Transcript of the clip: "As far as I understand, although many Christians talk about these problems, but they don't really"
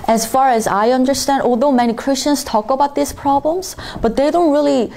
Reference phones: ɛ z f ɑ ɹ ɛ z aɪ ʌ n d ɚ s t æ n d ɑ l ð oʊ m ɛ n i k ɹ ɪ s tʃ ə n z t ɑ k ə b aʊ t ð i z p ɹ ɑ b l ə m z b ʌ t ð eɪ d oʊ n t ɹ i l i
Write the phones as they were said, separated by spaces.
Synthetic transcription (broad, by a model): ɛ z f ɑ ɹ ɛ z aɪ ʌ n d ɚ s t æ n d ɑ l ð oʊ m ɛ n i k ɹ ɪ s tʃ ə n z t ɑ k ə b aʊ t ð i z p ɹ ɑ b l ə m z b ʌ t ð eɪ d oʊ n t ɹ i l i